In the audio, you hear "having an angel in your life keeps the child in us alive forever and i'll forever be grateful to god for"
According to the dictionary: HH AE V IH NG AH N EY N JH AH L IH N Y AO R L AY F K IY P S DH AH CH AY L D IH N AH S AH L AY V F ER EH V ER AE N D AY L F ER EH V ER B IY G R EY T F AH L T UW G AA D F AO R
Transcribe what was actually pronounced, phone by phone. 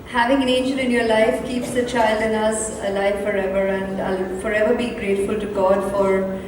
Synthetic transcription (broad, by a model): HH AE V IH NG AH N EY N JH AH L IH N Y AO R L AY F K IY P S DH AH CH AY L D IH N AH S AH L AY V F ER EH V ER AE N D AY L F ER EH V ER B IY G R EY T F AH L T UW G AA D F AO R